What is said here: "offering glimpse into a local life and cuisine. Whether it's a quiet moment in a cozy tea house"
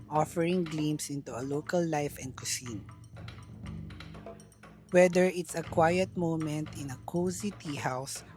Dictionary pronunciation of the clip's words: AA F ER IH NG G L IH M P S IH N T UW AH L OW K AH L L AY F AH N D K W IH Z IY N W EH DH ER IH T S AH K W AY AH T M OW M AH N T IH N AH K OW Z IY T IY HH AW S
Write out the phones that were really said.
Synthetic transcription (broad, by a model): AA F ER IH NG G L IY M S IH N T UW AH L OW K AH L L AY F AH N D K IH S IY N W EH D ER IH T S AH K W AY AH T M OW M AH N T IH N AH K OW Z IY T IY HH AW S